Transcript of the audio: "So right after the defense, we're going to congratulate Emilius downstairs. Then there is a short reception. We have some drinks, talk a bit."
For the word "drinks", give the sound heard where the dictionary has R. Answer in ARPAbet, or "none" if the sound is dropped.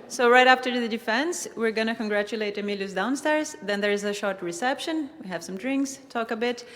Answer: R